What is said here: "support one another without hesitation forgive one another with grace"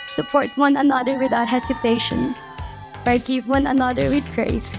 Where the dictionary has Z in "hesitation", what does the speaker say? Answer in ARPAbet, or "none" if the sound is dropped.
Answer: S